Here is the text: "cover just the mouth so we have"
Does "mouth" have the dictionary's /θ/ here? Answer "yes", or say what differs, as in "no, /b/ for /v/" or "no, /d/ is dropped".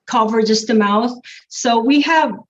yes